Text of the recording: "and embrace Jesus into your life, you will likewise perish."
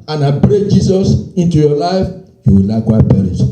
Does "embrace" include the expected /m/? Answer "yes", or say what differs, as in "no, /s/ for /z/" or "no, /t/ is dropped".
no, /m/ is dropped